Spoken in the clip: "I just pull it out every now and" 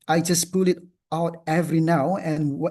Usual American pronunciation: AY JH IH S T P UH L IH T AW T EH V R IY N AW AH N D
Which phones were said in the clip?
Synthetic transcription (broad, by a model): AY JH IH S P UH L IH T AW T EH V R IY N AW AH N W